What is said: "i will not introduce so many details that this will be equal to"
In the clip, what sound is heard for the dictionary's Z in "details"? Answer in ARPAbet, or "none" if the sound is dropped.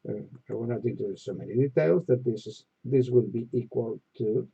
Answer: Z